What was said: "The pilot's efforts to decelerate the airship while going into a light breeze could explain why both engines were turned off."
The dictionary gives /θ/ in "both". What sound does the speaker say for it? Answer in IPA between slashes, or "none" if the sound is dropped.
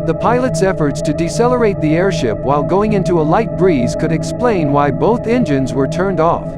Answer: /θ/